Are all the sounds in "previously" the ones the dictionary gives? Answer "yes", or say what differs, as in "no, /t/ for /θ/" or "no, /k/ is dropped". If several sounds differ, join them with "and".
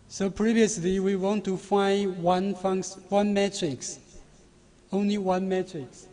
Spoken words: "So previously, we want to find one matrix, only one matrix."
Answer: yes